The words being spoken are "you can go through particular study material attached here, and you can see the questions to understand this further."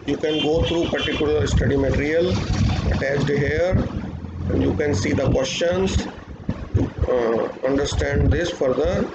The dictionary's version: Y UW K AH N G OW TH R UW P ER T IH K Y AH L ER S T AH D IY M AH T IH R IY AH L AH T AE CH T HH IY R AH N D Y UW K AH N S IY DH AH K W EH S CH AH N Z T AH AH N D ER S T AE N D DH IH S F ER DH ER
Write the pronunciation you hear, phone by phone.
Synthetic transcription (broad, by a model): Y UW K AH N G OW T R UW P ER T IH K Y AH L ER S T AH D IY M AH T IH R IY AH L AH T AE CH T HH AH R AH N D Y UW K AH N S IY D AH K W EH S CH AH N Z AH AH N D ER S T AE N D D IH S F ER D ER